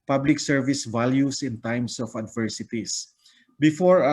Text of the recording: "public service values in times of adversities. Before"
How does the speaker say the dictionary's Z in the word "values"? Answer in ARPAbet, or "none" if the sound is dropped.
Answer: S